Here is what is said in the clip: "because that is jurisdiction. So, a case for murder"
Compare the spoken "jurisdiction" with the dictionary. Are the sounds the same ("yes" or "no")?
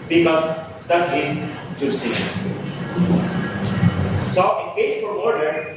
no